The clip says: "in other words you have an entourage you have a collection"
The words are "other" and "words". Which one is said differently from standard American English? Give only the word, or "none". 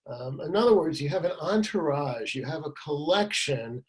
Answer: none